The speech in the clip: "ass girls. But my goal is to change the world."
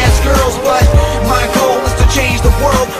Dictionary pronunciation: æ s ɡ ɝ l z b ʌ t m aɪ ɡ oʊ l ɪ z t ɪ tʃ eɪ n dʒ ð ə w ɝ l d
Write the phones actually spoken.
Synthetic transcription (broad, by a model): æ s ɡ ɝ l z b ʌ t m aɪ ɡ oʊ l ɪ z t ɪ tʃ eɪ n dʒ ð ə w ɝ l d